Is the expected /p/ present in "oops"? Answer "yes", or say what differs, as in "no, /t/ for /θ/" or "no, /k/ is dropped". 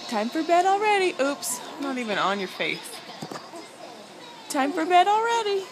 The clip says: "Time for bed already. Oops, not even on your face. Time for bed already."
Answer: yes